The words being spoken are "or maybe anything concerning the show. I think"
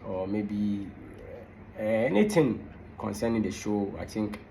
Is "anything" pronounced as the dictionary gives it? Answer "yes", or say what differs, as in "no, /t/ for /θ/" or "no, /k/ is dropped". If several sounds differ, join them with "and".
no, /t/ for /θ/